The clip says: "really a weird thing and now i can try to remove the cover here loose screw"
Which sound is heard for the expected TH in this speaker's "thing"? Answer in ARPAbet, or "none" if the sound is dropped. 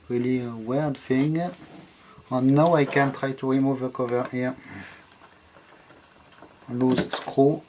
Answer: F